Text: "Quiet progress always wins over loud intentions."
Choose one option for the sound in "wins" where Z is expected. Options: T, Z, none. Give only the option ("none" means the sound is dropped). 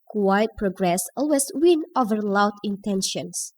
none